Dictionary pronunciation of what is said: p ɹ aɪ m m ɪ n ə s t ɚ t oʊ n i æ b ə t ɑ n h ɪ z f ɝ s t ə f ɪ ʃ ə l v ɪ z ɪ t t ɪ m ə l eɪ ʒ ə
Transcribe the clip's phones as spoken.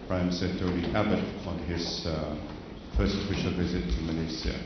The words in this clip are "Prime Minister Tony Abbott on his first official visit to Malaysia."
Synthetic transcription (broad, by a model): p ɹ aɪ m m s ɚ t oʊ l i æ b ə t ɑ n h ɪ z f ɝ s t ə f ɪ ʃ ə l v ɪ z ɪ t t ɪ m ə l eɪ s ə